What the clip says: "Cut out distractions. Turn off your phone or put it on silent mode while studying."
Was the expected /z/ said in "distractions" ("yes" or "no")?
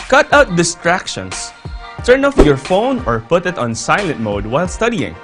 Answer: no